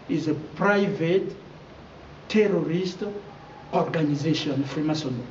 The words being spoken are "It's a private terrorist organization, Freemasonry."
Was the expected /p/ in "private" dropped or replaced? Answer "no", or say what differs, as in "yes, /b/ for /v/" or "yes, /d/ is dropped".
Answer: no